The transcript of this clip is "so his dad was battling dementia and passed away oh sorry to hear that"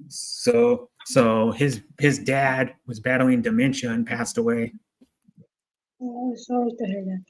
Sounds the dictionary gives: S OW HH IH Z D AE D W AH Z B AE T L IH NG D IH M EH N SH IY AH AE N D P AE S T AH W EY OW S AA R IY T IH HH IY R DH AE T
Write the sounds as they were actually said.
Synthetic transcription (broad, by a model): S OW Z IH Z D AE D W AH Z B AE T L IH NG D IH M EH N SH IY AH N P AE S T AH W EY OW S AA L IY T IH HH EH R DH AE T